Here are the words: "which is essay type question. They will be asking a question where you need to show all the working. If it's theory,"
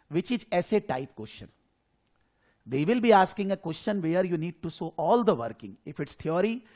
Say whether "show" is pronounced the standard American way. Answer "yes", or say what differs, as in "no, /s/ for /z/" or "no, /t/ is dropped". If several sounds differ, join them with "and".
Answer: no, /s/ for /ʃ/